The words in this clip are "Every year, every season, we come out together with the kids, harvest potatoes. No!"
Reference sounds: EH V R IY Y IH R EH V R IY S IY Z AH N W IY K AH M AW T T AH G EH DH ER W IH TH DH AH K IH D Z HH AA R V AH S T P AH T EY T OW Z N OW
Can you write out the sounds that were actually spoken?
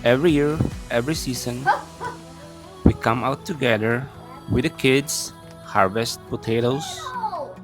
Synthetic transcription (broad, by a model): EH V R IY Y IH R EH V R IY S IY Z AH N W IY K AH M AW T T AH G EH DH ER W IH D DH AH K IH D S HH AA R V AH S T P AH T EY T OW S